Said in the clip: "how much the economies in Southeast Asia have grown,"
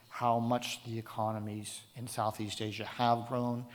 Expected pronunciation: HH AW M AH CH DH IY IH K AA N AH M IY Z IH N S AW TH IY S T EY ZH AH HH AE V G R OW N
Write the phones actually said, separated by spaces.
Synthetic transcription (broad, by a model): HH AW M AH CH DH IY IH K AA N AH M IY Z IH N S AW TH IY S T EY ZH AH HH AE V G R OW N